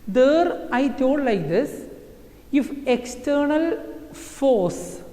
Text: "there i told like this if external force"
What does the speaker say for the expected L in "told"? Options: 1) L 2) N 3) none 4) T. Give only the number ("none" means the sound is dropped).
3